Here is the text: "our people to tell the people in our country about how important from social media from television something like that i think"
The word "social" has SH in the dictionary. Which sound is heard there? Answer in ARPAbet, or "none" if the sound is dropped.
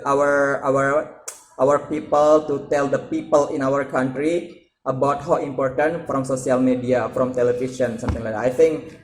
S